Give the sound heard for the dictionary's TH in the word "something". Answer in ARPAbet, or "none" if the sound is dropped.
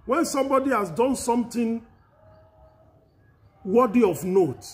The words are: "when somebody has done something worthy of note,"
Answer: T